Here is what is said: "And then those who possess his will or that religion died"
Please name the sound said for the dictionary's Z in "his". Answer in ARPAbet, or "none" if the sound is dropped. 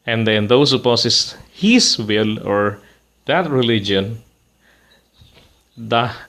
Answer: S